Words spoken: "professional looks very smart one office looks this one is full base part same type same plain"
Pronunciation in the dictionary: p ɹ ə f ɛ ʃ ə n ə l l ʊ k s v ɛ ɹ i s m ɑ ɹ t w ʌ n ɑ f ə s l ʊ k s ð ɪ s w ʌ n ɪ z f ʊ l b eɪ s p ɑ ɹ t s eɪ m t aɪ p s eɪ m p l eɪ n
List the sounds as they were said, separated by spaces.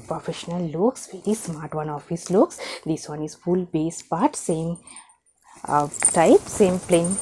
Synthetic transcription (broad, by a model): p ɹ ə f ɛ ʃ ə n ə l l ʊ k s v ɛ ɹ i s m ɑ ɹ t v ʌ n ɑ f ə s l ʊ k s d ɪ s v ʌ n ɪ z f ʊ l b eɪ s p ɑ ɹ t s eɪ m t aɪ p s eɪ m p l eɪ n